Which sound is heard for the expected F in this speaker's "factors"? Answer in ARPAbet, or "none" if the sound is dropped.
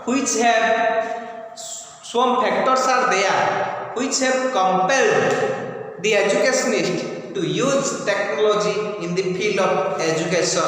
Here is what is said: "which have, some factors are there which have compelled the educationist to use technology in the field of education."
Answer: P